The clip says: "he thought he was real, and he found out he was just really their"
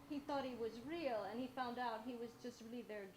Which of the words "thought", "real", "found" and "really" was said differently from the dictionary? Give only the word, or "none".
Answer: none